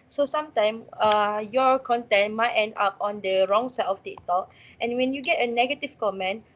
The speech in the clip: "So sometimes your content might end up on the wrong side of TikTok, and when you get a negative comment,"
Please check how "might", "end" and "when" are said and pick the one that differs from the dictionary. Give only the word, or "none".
none